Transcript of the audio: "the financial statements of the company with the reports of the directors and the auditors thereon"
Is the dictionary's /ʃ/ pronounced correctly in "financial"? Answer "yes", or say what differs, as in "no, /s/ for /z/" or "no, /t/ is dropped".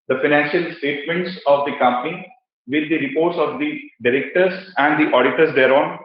yes